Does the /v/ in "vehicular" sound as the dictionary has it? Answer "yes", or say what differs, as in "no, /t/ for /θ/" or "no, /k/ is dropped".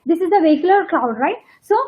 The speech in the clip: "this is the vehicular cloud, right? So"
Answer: yes